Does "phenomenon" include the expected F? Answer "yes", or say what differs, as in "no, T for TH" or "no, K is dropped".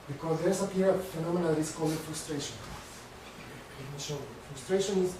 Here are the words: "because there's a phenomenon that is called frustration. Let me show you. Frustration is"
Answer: no, P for F